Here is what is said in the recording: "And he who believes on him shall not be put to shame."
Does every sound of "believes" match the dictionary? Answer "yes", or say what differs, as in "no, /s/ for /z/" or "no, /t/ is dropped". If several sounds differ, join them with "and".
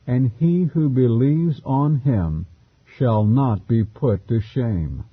yes